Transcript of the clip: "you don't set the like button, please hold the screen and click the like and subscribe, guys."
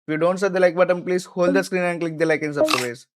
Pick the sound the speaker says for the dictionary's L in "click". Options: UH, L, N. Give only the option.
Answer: L